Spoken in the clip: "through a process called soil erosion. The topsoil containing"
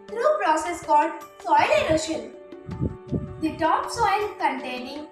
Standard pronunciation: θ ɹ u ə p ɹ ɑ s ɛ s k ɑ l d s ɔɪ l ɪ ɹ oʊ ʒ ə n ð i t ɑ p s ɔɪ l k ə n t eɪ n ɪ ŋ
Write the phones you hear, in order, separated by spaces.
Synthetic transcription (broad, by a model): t ɹ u p ɹ ɑ s ɛ s k ɑ l d s ɔɪ l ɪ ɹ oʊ ʃ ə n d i t ɑ p s ɔɪ l k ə n t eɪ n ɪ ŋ